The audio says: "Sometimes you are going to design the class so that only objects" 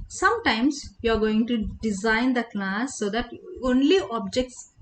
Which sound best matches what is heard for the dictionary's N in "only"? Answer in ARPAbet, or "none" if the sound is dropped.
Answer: N